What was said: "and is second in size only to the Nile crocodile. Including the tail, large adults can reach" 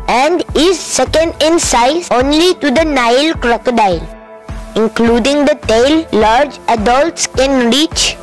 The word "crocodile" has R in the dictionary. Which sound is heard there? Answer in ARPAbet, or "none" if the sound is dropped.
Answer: R